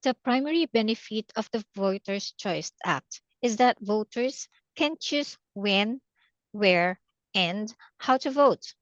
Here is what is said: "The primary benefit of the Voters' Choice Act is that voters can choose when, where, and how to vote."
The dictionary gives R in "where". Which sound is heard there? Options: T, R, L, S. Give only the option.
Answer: R